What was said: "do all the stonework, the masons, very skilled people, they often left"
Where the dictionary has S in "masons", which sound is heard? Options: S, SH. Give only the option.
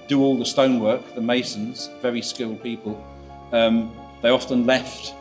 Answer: S